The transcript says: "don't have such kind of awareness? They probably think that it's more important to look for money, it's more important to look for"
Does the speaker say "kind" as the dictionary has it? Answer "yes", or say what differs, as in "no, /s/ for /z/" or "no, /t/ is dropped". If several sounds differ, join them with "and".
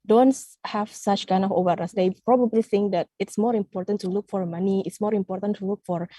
yes